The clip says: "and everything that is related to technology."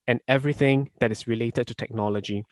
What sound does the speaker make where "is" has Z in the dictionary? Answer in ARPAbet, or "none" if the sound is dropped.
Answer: S